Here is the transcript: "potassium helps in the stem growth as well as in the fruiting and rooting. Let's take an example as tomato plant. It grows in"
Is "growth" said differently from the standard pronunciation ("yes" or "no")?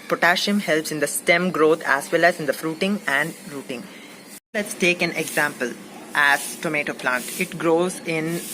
yes